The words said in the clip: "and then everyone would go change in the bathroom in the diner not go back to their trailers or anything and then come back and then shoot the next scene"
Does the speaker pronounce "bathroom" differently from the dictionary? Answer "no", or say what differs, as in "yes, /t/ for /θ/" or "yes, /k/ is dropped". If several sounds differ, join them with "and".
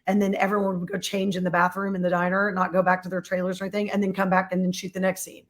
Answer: no